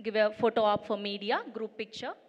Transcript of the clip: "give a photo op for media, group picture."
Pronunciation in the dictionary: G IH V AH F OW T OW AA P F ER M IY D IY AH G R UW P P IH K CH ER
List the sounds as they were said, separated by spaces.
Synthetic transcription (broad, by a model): G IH V AH F OW T OW AA P F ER M IY D IY AH G R UW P P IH K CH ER